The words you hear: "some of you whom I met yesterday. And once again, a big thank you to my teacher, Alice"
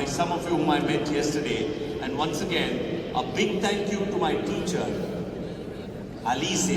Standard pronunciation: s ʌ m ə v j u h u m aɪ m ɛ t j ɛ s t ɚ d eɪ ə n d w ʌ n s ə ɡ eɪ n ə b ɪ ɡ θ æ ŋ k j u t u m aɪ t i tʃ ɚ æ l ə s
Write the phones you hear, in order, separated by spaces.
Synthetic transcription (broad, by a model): s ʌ m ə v j u h u m aɪ m ɛ t j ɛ s t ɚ d eɪ ə n d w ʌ n s ə ɡ eɪ n ə b ɪ ɡ t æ ŋ k j u t u m aɪ t i tʃ ɚ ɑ l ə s